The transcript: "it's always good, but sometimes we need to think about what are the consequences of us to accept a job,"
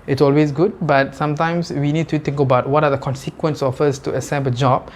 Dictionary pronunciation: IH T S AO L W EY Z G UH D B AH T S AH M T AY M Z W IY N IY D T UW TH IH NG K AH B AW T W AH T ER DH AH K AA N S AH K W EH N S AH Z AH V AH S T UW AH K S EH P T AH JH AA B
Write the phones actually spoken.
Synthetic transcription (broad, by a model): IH T S AO L W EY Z G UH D B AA T S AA M T AY M S W IY N IY D T UW T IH NG K AH B AW T W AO T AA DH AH K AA N S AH K W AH N S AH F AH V AH S T UW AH S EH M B AH JH AA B